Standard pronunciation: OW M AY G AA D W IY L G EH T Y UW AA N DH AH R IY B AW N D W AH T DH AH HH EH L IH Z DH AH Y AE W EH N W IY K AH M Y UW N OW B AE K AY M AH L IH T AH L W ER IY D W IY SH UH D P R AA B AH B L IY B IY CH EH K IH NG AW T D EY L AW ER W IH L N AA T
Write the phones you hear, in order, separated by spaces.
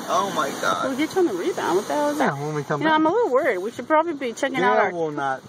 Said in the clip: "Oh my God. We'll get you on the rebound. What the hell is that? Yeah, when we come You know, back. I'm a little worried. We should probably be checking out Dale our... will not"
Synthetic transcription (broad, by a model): OW M AY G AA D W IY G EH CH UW N DH AH R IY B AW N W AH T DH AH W IH Z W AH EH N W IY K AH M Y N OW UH AY M AH L IH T L W ER IY D W IY SH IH D P R AA B AH B L IY B IY CH EH K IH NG AW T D AW ER W IH L N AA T